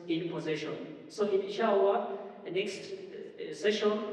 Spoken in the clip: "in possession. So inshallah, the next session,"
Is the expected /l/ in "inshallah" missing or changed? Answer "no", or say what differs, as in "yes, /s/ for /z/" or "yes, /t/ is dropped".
yes, /w/ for /l/